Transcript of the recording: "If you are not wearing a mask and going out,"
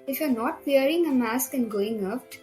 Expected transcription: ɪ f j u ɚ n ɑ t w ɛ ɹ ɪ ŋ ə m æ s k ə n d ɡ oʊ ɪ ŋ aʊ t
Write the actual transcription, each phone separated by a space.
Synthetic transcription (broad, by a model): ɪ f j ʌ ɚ n ɑ t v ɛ ɹ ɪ ŋ ə m æ s k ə n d ɡ oʊ ɪ ŋ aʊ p